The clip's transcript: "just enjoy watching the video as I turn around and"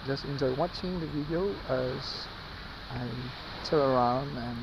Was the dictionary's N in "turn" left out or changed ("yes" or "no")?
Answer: yes